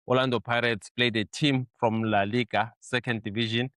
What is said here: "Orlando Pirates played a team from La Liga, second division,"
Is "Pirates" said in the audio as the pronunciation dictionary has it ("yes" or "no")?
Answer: yes